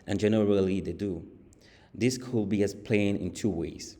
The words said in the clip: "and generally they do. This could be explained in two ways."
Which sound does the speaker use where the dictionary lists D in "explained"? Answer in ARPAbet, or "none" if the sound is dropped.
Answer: none